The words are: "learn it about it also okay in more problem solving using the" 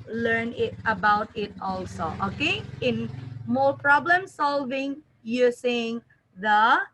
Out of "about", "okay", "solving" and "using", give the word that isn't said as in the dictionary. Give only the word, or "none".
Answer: using